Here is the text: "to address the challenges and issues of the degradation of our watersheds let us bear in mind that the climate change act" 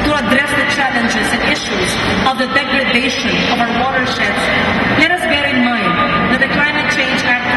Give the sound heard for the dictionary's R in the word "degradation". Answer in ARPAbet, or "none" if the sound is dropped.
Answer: R